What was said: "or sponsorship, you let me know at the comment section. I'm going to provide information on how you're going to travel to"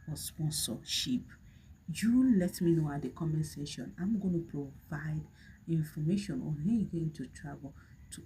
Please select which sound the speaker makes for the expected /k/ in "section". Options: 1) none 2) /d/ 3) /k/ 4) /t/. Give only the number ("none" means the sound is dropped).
1